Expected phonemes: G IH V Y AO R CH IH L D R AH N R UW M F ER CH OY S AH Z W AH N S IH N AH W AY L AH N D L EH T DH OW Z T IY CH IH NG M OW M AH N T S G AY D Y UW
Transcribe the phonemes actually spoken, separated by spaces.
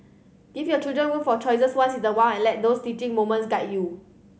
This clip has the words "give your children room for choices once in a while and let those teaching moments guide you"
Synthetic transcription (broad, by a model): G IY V Y AO CH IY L D R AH N W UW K F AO CH OY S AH S W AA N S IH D AH W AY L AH N L EH T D OW S T IY CH IH NG M OW M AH N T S G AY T Y UW